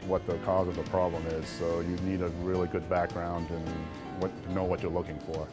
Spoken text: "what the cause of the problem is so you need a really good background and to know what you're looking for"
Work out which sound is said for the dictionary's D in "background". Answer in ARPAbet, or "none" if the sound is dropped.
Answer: D